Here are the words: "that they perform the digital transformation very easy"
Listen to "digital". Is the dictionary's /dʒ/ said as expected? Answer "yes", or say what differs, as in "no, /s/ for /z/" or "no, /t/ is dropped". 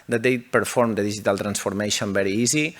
no, /ʒ/ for /dʒ/